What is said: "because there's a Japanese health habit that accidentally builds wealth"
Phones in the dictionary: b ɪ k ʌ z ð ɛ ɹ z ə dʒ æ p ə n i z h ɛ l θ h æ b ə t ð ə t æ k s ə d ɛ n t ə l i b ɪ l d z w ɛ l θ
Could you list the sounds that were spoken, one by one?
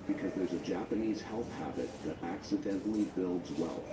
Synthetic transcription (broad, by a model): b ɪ k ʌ z ð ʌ ɹ z ə dʒ æ p ə n i z h ɛ l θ h æ b ə t ð ə t æ k s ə d ɛ n t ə l i b ɪ l d z w ɛ l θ